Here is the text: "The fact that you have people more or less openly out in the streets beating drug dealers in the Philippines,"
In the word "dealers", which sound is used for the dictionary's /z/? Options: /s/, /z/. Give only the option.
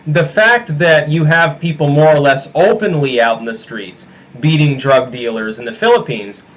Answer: /z/